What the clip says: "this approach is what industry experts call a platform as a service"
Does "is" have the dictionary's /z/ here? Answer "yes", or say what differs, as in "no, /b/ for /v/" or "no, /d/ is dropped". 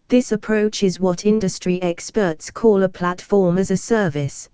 yes